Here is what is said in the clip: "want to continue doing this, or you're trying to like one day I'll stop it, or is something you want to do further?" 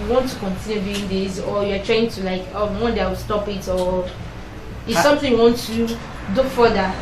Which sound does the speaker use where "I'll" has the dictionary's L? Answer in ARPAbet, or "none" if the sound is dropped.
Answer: W